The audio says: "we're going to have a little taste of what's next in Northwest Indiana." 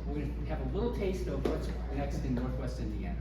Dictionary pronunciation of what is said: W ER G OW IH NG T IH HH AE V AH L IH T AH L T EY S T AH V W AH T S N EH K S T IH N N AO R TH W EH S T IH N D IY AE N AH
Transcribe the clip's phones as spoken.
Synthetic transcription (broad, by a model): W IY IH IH V AH L IH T L T EY S T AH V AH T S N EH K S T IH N N AO R TH W EH S T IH N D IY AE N